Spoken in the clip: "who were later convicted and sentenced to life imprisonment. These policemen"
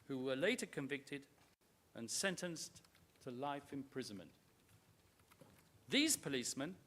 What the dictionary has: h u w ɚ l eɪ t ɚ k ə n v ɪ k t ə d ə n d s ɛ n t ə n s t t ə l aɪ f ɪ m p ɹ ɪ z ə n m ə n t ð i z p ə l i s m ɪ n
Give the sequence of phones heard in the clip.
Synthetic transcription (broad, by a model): h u w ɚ l eɪ t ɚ k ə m v ɪ k t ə d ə n s ɛ n t ə n s t t ə l aɪ f ɪ m p ɹ ɪ z ə n m ə n t ð i z p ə l i s m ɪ n